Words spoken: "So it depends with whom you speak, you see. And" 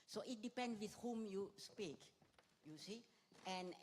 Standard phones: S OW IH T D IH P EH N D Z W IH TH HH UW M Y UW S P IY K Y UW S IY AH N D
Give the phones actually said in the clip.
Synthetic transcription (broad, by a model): S OW IH T D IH P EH N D W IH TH HH UW M Y UW S P IY K Y UW S IY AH N